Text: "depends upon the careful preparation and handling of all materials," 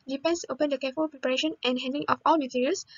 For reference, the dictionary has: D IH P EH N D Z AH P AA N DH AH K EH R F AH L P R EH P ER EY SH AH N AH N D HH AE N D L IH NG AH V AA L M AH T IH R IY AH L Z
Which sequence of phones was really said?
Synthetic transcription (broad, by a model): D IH P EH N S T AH P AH N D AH K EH F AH L P R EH P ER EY SH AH N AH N HH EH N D IH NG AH F AA L M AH T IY R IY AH L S